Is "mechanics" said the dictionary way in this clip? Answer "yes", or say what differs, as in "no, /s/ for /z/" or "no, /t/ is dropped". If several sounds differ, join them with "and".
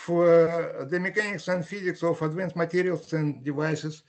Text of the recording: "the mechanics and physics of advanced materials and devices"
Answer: yes